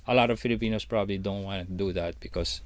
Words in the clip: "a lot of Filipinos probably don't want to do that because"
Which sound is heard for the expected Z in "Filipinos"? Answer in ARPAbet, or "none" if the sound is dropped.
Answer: S